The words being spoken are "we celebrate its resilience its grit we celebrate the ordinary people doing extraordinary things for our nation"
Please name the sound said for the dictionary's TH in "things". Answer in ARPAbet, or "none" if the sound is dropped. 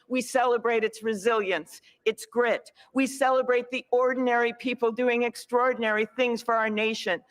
TH